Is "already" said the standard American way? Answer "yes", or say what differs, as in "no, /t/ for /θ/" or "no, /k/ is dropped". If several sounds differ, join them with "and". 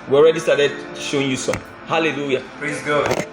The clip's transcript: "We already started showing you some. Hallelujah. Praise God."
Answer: yes